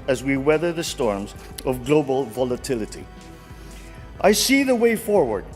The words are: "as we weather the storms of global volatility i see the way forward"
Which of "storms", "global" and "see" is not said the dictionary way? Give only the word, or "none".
none